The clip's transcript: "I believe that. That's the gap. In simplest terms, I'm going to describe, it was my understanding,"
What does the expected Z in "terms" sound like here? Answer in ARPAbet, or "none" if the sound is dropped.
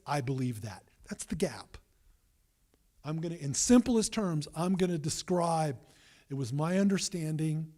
Z